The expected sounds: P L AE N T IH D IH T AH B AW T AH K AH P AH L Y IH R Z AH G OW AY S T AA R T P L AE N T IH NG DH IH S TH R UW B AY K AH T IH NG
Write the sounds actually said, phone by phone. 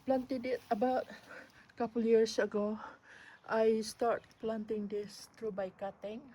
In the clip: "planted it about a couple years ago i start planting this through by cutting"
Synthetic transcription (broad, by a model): P L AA N T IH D IH T AH B AW T K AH P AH L Y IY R S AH G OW AY S T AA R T P L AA N T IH NG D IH S T R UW B AY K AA T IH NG